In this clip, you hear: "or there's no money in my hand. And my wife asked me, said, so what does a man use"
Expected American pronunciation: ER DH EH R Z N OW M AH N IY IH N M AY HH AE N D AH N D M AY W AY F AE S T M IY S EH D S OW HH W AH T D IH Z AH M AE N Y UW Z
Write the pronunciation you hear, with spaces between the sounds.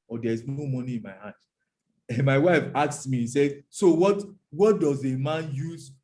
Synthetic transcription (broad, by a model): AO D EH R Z N OW M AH N IY IH N M AY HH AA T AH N M AY W AY F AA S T M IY S EH D S OW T W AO T D IH Z AH M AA N Y UW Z